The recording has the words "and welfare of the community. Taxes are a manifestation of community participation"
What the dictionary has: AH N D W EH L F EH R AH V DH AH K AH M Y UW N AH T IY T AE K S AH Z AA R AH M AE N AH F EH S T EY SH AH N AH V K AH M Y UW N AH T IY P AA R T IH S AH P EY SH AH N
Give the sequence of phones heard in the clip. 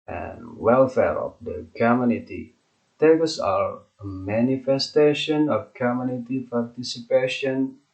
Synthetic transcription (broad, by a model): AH N W EH L F EH R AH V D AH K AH M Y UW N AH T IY T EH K AH S AA R AH M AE N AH F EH S T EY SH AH N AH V K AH M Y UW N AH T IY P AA R T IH S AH P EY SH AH N